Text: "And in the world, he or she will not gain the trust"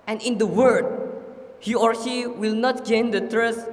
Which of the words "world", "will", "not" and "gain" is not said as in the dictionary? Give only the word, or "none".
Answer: world